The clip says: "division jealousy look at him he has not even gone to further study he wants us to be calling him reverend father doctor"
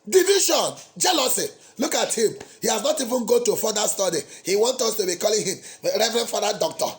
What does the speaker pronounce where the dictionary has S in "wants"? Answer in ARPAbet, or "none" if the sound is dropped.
none